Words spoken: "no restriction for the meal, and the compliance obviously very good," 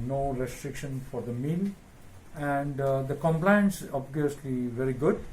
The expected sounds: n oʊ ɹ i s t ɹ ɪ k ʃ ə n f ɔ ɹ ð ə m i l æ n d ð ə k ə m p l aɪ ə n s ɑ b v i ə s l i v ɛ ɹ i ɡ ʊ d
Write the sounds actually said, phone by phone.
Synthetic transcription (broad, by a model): n oʊ ɹ i s t ɹ ɪ k ʃ ə n f ɔ ɹ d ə m i l æ n d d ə k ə m p l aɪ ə n s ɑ b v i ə s l i v ɛ ɹ i ɡ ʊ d